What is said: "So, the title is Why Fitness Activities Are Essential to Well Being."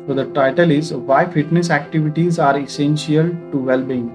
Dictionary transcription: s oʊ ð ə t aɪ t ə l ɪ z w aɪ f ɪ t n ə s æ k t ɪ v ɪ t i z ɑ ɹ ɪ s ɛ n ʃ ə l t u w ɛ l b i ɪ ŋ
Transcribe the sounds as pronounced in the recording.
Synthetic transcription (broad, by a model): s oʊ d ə t aɪ t ə l ɪ z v aɪ f ɪ t n ə s æ k t ɪ v ɪ t i z ɑ ɹ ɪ s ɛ n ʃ ə l t u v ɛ l b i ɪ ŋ